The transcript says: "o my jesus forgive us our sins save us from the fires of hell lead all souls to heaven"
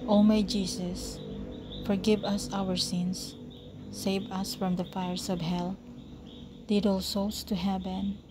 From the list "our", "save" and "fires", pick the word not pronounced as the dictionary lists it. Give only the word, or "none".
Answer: fires